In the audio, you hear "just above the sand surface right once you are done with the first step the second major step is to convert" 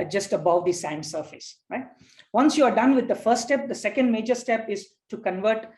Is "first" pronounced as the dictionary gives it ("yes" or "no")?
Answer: no